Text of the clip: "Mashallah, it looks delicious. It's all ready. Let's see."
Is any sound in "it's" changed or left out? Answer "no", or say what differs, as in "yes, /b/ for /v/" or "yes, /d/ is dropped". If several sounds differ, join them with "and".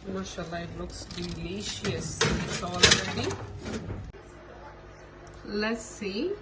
yes, /s/ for /t/